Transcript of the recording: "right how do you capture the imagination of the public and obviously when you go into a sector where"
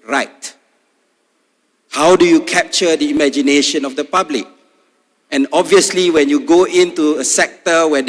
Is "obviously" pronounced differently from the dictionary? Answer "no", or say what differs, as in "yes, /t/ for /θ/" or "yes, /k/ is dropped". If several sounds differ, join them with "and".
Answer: no